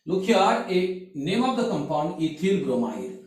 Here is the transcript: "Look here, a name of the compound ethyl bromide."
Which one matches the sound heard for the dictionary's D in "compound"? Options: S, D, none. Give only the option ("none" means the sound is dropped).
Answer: none